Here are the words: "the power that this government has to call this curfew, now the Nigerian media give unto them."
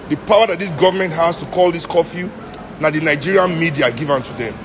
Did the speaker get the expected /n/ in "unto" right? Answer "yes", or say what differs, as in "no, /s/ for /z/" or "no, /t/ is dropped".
yes